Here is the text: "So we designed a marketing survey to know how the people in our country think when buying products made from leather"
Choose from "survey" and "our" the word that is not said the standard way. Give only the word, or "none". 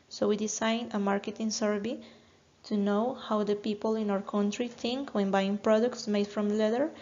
survey